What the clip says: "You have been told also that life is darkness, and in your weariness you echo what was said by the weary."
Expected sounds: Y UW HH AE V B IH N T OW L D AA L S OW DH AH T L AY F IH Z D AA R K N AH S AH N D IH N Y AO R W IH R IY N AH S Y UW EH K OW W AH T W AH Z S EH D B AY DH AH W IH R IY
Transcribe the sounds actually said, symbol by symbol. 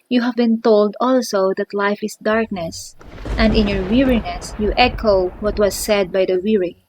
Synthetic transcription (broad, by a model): Y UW HH AE V B IH N T OW L D AA L S OW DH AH T L AY F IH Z D AA R K N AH S AH N D IH N Y AO R W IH R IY N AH S Y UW EH K OW W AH T W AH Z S EH D B AY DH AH W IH R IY